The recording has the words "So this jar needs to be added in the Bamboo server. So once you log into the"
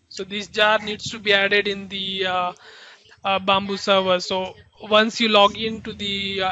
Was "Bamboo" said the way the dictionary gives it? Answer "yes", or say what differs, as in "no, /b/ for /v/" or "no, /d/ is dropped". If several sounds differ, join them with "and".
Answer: yes